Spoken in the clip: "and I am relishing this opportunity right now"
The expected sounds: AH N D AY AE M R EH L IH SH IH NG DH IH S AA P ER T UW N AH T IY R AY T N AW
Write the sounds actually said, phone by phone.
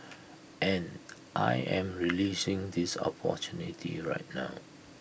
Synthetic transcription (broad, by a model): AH N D AY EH M R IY L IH S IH NG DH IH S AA P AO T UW N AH T IY R AY T N AW